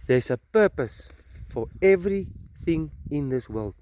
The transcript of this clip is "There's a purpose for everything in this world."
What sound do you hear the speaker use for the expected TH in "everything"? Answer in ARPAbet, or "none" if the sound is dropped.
TH